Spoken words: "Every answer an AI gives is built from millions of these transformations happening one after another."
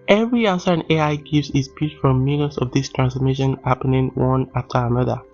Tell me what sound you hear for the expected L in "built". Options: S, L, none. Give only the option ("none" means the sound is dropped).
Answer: none